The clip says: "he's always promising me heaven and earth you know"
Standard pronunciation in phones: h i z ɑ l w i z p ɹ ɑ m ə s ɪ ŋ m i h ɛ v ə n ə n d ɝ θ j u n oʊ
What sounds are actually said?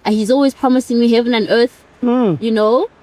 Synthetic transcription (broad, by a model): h i z ɑ l w i z p ɹ ɑ m ə s ɪ ŋ m i h ɛ v ə n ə n ɝ θ j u n oʊ